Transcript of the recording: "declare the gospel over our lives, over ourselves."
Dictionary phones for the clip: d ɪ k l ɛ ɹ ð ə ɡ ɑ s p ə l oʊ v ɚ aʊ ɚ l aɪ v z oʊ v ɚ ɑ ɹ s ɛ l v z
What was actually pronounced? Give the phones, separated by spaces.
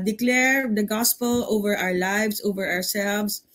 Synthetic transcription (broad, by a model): d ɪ k l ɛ ɹ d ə ɡ ɑ s p ə l oʊ v ɚ aʊ ɚ l aɪ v s oʊ v ɚ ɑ ɹ s ɛ l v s